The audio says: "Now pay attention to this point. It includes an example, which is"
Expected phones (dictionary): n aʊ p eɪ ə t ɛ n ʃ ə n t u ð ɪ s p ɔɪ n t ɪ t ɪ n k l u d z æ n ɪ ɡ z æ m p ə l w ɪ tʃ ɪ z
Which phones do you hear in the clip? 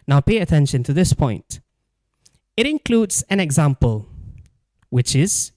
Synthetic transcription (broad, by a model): n aʊ p eɪ ə t ɛ n ʃ ə n t u ð ɪ s p ɔɪ n t ɪ t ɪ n k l u d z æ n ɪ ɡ z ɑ m p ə l w ɪ tʃ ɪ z